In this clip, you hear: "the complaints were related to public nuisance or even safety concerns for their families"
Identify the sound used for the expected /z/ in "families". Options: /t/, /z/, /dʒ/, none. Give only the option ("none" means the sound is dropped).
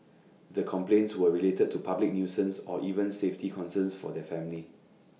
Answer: none